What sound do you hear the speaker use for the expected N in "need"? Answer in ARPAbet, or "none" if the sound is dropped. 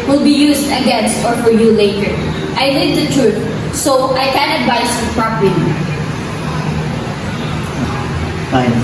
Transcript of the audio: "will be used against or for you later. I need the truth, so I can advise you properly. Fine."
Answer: L